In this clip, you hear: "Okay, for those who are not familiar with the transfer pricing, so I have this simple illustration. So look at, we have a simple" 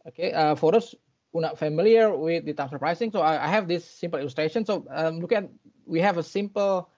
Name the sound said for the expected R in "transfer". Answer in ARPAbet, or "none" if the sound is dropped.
none